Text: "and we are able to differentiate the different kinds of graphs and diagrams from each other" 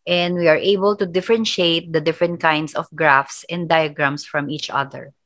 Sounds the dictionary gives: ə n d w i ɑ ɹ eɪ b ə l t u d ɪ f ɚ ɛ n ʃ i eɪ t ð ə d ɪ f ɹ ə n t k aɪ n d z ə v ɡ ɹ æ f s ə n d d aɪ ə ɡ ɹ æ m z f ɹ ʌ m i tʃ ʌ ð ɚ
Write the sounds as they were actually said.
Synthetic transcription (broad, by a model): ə n d w i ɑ ɹ eɪ b ə l t u d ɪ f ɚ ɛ n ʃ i eɪ t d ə d ɪ f ɹ ə n t k aɪ n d s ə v ɡ ɹ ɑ f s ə n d d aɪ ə ɡ ɹ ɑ m s f ɹ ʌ m i tʃ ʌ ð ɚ